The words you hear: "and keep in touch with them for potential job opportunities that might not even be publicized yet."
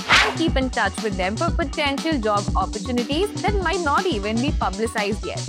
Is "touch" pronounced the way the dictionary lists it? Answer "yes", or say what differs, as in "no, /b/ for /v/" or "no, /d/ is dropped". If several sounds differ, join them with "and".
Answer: yes